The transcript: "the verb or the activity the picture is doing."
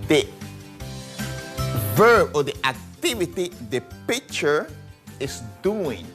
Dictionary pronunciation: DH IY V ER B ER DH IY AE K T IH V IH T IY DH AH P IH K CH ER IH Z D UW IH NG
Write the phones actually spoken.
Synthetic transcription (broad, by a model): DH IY V ER B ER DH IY AE K T IH V IH T IY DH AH P IH K CH ER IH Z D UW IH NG